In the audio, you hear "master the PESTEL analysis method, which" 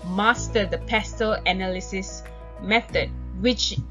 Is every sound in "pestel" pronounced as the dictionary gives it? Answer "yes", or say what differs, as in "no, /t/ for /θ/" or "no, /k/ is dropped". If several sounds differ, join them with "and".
yes